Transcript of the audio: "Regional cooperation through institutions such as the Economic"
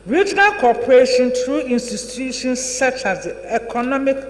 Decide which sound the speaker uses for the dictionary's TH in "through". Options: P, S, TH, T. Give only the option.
T